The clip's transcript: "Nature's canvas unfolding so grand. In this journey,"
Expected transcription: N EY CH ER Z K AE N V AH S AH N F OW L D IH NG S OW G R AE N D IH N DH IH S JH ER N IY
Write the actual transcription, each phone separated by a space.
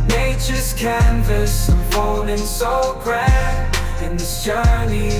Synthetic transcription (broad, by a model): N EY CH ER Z K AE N V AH S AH F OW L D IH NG S OW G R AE IH N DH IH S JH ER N IY